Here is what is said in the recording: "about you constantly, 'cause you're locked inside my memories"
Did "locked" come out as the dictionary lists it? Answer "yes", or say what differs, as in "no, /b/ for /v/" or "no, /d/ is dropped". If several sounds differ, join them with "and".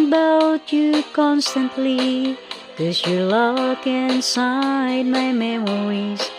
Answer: no, /t/ is dropped